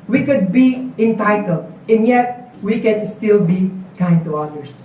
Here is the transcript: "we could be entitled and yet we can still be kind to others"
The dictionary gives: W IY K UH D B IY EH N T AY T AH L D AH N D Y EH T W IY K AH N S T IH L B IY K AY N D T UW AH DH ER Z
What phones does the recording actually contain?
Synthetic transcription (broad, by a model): W IY K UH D B IY EH N T AY T AH L D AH N Y EH T W IY K AH N S T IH L B IY K AY N D T UW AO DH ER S